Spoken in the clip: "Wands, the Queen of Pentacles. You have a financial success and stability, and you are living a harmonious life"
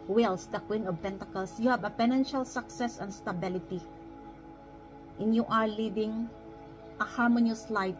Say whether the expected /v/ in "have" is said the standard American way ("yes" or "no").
no